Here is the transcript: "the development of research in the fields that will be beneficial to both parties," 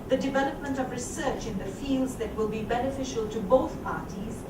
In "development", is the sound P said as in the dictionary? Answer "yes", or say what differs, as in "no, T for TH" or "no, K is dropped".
yes